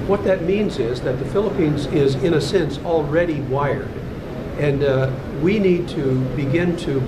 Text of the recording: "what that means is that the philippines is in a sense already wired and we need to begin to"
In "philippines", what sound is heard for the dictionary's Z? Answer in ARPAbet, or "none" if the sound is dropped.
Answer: Z